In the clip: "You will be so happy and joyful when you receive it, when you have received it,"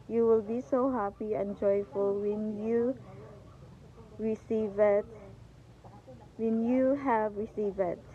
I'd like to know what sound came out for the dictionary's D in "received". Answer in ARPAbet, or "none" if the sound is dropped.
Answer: none